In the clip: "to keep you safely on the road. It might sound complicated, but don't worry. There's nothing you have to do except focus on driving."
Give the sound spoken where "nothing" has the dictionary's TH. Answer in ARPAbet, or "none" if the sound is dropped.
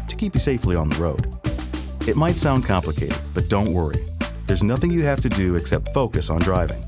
TH